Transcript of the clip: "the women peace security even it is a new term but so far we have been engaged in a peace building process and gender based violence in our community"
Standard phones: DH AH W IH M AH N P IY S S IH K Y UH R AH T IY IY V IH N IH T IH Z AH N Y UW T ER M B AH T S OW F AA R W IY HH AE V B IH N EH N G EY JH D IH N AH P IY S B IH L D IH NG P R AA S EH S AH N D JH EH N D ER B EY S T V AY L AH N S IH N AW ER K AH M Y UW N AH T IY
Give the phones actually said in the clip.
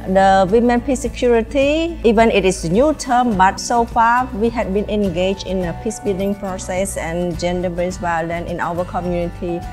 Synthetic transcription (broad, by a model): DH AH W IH M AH N P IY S S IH K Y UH R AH T IY IY V IH N IH T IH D AH N Y UW T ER M B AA T S OW F AA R W IY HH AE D B IH N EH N G EY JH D IH N AH P IY S B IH L D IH NG P R AA S EH S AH N JH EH N D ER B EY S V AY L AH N IH N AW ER K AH M Y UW N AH T IY